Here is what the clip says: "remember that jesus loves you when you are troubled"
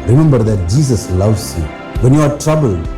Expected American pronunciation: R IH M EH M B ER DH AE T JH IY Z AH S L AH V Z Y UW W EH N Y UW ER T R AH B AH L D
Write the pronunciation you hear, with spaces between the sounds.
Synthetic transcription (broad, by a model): R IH M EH M B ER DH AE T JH IY S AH S L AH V S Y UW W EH N Y UW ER T R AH B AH L